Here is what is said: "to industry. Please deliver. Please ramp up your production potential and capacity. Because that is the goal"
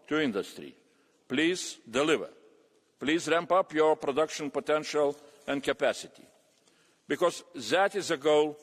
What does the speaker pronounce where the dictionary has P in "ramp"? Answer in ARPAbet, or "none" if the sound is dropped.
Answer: P